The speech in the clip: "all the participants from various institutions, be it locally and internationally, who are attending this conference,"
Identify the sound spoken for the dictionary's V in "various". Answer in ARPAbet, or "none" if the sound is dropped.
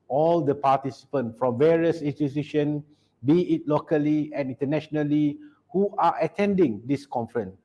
V